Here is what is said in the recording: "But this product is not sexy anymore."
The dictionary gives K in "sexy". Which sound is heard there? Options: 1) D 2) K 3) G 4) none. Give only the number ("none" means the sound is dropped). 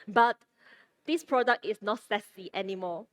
4